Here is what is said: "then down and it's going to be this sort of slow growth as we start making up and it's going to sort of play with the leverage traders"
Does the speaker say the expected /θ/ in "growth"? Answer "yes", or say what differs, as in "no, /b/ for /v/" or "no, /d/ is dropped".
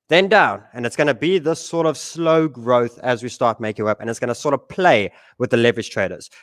yes